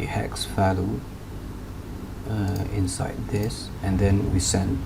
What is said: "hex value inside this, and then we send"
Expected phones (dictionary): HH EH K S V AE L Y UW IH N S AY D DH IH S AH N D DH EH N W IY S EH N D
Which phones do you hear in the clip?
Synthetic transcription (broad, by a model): HH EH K S F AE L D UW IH N S AY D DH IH S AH N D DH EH N W IY S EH N